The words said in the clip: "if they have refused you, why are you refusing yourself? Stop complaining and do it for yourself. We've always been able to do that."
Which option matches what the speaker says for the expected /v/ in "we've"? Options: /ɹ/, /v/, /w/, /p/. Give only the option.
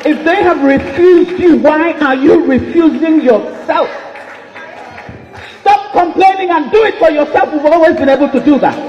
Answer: /w/